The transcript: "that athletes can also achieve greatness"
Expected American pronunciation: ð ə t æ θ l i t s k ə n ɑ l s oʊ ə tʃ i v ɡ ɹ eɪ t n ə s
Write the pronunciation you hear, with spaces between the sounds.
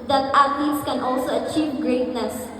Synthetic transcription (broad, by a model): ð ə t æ t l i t s k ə n ɑ l s oʊ ə tʃ i v ɡ ɹ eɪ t n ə s